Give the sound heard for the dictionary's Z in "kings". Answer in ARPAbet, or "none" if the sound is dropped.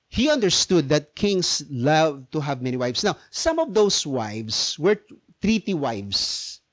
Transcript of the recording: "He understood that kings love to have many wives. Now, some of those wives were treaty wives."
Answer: S